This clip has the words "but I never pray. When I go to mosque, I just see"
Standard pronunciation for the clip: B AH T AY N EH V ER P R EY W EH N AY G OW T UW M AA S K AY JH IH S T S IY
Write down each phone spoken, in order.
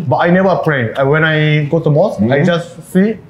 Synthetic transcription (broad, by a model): B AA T AY N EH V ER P R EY W EH N AY G OW T UW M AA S AY JH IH S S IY